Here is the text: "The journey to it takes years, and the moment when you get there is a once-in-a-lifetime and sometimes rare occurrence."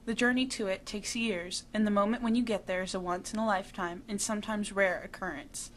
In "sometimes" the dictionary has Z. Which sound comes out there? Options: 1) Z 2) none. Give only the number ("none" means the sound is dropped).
1